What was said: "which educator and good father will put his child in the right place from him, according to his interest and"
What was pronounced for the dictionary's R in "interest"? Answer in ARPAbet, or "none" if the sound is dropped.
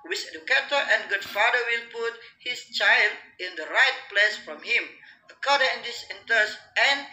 none